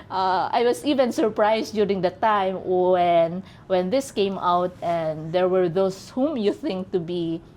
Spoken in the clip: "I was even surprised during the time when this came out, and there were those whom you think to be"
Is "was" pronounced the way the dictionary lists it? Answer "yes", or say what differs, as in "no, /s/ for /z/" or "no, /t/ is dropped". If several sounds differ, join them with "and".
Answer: no, /s/ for /z/